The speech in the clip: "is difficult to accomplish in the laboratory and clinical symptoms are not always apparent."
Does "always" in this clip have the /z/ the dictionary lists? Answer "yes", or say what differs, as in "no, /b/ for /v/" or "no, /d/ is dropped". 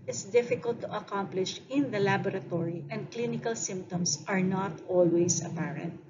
no, /s/ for /z/